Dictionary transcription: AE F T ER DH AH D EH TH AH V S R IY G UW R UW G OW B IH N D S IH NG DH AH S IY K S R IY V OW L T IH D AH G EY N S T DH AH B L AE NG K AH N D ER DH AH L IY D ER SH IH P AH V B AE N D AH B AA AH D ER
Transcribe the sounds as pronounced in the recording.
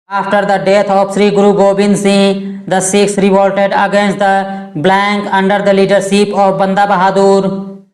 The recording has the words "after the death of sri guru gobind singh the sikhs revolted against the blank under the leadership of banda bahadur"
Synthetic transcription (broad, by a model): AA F T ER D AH D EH T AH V S R IY G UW R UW G OW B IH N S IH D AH S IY K S R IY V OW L T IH D AH G EY N S T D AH B L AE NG K AH N D ER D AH L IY D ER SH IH P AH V B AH N D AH B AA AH D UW